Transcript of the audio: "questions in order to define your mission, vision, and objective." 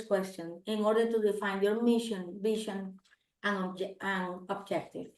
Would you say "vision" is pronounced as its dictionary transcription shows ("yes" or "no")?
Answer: no